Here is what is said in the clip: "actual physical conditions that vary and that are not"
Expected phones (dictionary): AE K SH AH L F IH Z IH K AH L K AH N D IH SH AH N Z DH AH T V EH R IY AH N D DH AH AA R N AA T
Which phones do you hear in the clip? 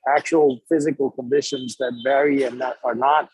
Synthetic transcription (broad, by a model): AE K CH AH L F IH Z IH K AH L K AH N D IH SH AH N Z DH AH T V EH R IY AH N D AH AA R N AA T